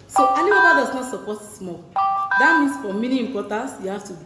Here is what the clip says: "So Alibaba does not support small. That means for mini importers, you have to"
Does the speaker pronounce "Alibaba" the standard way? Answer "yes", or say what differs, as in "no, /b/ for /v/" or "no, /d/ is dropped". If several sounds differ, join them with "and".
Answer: no, /n/ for /l/ and /b/ is dropped